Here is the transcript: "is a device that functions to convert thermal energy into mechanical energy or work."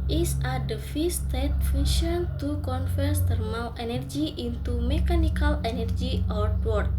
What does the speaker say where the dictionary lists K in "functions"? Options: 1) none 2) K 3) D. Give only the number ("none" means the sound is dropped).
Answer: 1